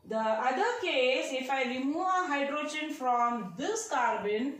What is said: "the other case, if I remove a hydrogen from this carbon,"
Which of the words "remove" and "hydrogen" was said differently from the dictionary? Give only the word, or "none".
remove